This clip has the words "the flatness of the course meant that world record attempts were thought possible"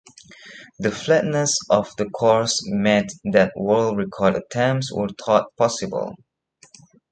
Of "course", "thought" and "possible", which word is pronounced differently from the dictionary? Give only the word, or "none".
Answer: thought